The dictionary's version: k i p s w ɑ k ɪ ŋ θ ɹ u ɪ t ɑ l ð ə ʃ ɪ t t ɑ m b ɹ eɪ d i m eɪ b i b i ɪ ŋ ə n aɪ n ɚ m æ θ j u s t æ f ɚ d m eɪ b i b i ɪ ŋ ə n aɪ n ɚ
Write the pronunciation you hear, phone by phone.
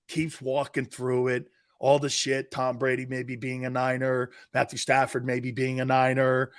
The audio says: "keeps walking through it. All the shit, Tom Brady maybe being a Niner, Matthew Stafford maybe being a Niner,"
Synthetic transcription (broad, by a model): k i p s w ɑ k ɪ ŋ θ ɹ u ɪ t ɑ l ð ə ʃ ɪ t t ɑ m b ɹ eɪ d i m eɪ b i b i ɪ ŋ ə n aɪ n ɚ m æ θ j u s t æ f ɚ d m eɪ b i b i ɪ ŋ ə n aɪ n ɚ